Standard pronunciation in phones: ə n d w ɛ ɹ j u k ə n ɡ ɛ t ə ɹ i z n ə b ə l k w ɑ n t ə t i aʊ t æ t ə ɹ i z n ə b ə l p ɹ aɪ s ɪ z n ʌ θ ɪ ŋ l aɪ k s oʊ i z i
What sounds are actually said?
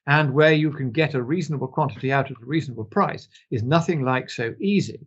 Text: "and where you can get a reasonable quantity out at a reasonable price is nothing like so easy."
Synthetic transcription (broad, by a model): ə n w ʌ ɹ j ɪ k ə n ɡ ɛ t ə ɹ i z n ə b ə l k w ɑ n t ə t i aʊ t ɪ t ə ɹ i z n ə b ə l p ɹ aɪ s ɪ z n ʌ θ ɪ ŋ l aɪ k s oʊ i z i